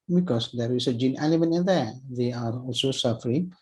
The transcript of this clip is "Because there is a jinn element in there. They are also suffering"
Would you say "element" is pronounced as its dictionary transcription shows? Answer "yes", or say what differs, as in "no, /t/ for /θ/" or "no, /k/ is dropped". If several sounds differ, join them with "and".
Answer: no, /n/ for /l/ and /t/ is dropped